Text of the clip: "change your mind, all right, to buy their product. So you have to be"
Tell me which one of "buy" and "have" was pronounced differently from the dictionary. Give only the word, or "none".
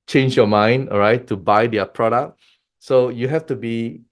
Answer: have